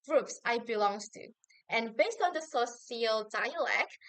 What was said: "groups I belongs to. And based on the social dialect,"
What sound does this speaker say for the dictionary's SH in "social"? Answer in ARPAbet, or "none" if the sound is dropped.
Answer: S